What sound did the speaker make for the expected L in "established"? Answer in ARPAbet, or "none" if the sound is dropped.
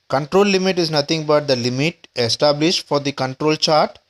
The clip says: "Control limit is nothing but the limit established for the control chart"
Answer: L